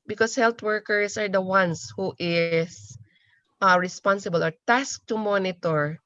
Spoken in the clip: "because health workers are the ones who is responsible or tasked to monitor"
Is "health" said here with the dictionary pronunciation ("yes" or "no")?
no